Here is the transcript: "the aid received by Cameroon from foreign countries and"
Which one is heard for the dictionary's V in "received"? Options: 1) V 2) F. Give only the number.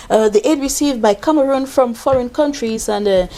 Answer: 1